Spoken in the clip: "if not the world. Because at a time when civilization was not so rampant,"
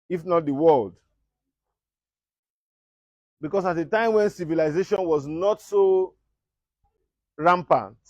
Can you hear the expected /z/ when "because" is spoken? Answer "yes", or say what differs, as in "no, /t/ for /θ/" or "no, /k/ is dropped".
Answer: no, /s/ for /z/